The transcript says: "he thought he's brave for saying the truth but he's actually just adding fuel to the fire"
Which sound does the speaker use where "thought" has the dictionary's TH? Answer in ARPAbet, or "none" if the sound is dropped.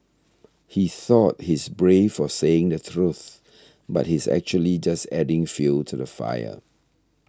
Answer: TH